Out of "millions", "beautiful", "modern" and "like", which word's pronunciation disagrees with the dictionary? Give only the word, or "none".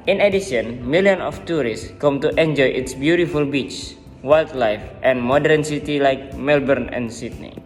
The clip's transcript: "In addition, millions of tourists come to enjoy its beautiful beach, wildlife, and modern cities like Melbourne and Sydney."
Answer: millions